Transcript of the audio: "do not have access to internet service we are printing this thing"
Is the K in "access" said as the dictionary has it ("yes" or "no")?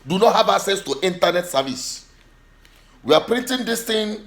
no